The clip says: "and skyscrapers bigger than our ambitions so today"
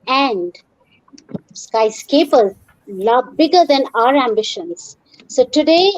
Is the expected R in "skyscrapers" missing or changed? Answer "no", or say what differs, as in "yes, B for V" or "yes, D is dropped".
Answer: yes, R is dropped